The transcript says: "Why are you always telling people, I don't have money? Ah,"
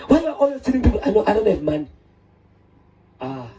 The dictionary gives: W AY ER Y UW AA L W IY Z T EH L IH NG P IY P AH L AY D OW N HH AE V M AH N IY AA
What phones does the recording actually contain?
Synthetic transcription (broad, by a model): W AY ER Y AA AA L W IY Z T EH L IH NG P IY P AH N AY D OW N HH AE V M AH N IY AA